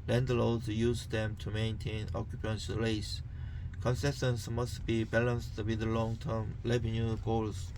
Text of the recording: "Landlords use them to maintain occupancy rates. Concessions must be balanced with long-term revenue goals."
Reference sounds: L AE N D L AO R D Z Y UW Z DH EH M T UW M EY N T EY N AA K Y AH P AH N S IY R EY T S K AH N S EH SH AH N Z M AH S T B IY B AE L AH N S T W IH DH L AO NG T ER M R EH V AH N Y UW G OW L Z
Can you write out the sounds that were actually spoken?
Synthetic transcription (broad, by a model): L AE N D L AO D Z Y UW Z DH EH M T UW M EY N T EY N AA K Y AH P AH N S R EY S K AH N S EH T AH N S M AH S T B IY B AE L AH N S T W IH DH L AO NG T ER M L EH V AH N Y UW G OW L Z